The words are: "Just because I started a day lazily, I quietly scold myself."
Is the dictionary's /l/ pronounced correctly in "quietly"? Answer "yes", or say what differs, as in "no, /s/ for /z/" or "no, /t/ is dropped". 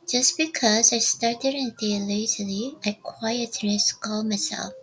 no, /n/ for /l/